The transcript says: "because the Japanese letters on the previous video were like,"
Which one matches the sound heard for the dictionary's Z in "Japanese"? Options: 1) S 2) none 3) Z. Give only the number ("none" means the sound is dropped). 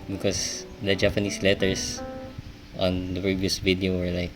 1